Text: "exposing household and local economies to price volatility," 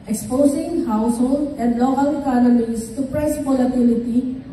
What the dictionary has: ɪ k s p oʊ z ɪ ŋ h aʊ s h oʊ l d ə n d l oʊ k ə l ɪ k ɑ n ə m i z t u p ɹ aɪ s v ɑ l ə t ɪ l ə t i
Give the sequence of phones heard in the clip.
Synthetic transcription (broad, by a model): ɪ k s p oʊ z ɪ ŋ h aʊ s h oʊ l d ə n d l oʊ k ə l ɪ k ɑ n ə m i s t u p ɹ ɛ s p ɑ l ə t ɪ l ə t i